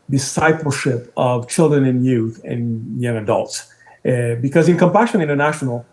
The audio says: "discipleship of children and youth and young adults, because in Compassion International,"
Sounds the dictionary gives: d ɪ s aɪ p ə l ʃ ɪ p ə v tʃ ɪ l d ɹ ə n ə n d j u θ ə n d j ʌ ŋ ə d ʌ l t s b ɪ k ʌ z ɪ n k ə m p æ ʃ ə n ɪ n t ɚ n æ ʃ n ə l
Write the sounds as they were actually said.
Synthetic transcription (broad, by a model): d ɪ s aɪ p l ʃ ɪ p ə v tʃ ɪ l d ɹ ə n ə n j u θ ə n j ʌ ŋ ə d ʌ l t s b ɪ k ʌ z ɪ n k ə m p æ ʃ ə n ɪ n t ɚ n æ ʃ n l